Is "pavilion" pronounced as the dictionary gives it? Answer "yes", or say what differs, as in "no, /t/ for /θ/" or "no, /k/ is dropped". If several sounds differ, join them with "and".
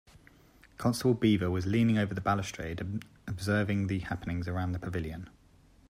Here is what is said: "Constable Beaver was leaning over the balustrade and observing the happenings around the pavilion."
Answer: yes